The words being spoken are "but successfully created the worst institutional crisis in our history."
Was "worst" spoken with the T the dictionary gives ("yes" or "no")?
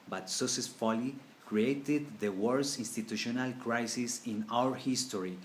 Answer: no